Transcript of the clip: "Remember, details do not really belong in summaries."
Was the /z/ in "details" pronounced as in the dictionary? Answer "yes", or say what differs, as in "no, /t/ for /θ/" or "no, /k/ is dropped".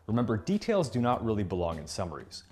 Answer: yes